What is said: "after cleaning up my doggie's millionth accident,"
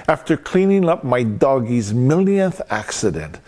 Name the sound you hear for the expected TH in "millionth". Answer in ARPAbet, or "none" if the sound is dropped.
TH